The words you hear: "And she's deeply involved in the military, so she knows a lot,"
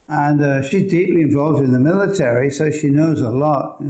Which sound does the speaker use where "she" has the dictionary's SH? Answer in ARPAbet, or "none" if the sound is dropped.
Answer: SH